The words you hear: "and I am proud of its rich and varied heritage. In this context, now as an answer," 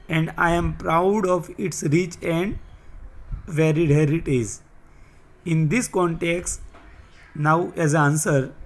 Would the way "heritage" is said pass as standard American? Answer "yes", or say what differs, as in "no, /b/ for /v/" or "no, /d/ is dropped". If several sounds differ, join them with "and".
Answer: no, /z/ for /dʒ/